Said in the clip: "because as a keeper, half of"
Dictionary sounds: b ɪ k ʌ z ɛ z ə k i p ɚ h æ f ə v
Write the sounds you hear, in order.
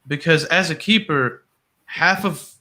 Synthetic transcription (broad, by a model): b ɪ k ʌ z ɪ z ə k i p ɚ h æ f ə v